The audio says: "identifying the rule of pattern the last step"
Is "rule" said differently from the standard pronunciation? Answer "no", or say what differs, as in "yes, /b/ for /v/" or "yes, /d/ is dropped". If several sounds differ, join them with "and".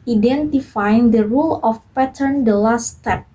no